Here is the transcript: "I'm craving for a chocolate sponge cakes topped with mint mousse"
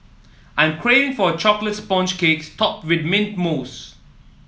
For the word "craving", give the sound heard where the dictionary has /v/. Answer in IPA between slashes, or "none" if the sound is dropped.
none